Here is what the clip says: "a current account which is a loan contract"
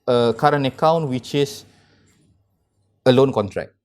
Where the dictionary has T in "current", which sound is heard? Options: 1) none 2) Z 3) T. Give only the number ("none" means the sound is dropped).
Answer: 1